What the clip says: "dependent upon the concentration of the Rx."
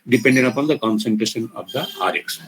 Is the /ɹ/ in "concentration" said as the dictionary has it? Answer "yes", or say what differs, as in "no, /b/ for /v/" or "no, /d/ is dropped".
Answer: yes